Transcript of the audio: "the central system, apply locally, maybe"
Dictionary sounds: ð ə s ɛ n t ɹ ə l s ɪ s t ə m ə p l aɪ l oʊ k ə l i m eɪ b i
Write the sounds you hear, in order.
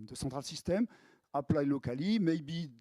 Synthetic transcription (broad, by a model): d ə s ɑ t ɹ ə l s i s t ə m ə p l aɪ l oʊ k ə l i m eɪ b i